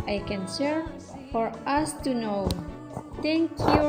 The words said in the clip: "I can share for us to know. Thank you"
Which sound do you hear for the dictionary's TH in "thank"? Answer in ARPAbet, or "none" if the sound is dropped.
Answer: T